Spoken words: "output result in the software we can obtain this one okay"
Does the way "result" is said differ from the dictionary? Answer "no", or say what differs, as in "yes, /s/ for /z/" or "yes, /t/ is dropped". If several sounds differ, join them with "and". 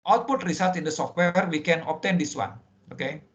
yes, /s/ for /z/